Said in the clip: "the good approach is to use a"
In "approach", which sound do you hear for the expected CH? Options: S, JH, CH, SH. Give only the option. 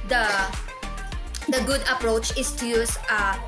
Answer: CH